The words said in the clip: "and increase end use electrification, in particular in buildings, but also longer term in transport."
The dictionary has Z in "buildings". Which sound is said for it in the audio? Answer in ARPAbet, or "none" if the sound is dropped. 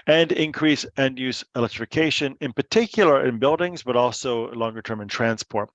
Z